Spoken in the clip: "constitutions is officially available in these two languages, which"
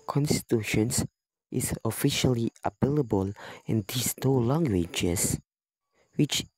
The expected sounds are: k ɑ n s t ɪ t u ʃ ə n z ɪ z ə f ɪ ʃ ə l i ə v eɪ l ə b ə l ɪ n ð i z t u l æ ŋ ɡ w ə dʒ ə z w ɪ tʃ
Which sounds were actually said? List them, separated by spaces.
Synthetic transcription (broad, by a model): k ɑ n s t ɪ t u ʃ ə n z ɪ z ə f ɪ ʃ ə l i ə p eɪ l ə b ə l ɪ n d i s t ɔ l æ ŋ ɡ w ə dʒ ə s w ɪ tʃ